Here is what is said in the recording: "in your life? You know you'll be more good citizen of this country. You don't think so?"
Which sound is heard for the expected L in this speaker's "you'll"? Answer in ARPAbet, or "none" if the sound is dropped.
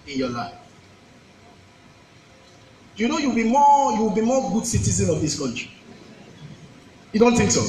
W